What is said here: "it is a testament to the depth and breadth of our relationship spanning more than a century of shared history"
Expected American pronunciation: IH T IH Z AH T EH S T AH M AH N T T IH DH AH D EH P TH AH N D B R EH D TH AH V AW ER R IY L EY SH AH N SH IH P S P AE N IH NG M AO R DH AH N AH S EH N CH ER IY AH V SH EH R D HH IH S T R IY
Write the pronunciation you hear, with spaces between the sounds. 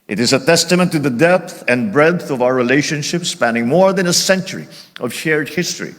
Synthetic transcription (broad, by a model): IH T IH Z AH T EH S T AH M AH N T T IH DH AH D EH P TH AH N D B R EH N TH AH V AW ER R IY L EY SH AH N SH IH P S P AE N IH NG M AO R DH AH N AH S EH N CH ER IY AH V SH EH R D HH IH S T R IY